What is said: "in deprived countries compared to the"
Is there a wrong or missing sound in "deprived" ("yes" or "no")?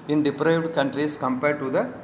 no